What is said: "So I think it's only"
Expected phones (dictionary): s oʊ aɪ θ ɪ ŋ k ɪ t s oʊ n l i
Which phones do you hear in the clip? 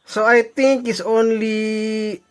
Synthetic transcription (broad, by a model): s oʊ aɪ t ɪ ŋ k ɪ t s oʊ n l i